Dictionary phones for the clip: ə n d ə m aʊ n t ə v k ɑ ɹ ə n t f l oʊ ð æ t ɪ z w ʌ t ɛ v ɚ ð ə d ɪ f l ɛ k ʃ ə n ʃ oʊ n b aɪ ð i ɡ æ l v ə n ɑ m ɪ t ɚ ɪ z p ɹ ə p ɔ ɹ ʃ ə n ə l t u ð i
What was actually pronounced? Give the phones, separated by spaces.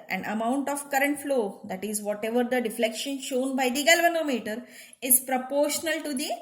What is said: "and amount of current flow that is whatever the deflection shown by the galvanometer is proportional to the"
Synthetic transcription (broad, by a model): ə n ə m aʊ n t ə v k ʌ ɹ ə n t f l oʊ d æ t ɪ z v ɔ t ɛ v ɚ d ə d ɪ f l ɛ k ʃ ə n ʃ oʊ n b aɪ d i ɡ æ l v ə n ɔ m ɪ t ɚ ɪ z p ɹ ə p ɔ ɹ ʃ ə n ə l t u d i